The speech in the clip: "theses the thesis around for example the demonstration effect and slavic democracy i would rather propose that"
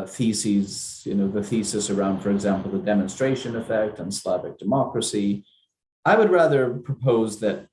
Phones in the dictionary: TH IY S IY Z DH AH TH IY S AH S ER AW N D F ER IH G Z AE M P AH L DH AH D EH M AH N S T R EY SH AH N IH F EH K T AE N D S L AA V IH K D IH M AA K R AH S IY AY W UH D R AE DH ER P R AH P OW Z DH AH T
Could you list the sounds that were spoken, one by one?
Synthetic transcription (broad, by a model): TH IY S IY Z DH AH TH IY S AH S ER AW N D F ER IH G Z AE M P L DH AH D EH M AH N S T R EY SH AH N IH F EH K T N S L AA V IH K D IH M AA K R AH S IY AY W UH D R AE DH ER P R AH P OW Z DH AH T